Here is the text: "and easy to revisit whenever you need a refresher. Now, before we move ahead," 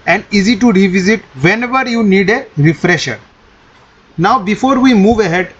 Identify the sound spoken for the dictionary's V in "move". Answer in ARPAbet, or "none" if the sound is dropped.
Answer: V